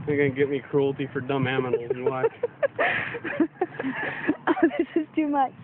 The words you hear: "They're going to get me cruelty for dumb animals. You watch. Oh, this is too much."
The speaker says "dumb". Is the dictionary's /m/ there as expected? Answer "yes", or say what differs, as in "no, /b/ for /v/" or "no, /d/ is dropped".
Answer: yes